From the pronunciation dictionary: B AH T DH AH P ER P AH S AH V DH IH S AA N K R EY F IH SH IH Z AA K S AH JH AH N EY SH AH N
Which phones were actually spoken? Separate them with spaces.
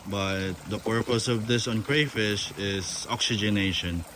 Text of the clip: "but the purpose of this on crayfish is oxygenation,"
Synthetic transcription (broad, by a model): B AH T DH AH P ER P AH S AH V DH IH S AA N K R EY F IH SH IH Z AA K S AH JH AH N EY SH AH N